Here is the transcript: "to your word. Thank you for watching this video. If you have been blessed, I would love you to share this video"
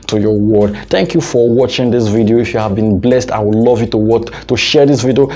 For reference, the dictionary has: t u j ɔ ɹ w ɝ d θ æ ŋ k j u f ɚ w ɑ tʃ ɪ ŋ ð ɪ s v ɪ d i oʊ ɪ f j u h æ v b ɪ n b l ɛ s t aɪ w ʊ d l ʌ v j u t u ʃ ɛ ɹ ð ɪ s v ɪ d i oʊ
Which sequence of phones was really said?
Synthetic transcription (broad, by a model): t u j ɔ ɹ w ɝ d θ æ ŋ k j u f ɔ w ɑ tʃ ɪ ŋ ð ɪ s v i d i oʊ ɪ f j u h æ v b ɪ n b l ɛ s t aɪ w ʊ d l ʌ v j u t u ʃ ɛ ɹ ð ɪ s v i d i oʊ